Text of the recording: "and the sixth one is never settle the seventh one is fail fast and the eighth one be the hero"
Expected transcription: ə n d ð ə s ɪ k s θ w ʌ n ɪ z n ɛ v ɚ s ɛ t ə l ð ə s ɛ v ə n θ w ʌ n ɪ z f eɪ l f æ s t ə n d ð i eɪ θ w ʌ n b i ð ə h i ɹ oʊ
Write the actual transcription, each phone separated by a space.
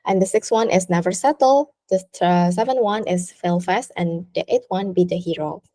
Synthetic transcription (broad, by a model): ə n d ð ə s ɪ k s w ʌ n ɪ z n ɛ v ɚ s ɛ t l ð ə s ɛ v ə n w ʌ n ɪ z f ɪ l f æ s t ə n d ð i eɪ t w ʌ n b i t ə h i ɹ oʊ